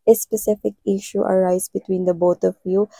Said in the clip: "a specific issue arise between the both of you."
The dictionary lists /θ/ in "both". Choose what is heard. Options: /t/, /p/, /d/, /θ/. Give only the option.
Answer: /t/